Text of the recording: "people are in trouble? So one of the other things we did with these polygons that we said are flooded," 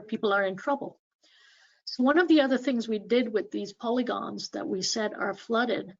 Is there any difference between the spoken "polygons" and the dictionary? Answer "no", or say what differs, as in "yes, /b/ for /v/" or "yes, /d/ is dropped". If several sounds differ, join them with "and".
no